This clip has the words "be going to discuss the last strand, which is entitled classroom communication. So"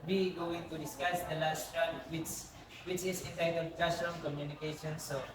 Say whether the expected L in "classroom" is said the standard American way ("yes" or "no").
no